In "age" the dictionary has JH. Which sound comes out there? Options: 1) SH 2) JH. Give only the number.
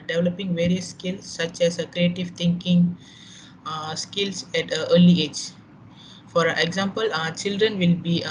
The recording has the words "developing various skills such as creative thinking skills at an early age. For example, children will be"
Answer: 2